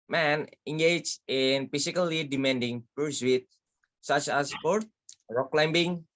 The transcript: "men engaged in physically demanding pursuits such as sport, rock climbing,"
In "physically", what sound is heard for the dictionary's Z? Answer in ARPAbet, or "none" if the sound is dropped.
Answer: S